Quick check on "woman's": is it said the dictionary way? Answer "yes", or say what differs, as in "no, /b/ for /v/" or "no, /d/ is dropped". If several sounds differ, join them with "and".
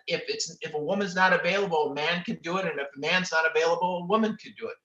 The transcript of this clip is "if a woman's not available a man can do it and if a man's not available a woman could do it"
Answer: yes